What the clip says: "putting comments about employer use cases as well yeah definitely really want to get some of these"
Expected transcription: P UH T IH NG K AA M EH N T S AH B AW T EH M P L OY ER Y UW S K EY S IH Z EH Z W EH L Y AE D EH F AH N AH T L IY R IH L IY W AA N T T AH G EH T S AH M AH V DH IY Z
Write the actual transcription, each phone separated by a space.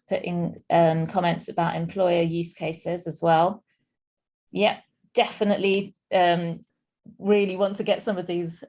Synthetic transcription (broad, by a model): P UH T IH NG K AA M EH N T S AH B AW T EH M P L OY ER Y UW S K EY S IH Z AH Z W EH L Y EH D EH F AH N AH T L IY R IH L IY W AA N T T AH G EH T S AH M AH V DH IY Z